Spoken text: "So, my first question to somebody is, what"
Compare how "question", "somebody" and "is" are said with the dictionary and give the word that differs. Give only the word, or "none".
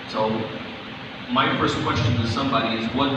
none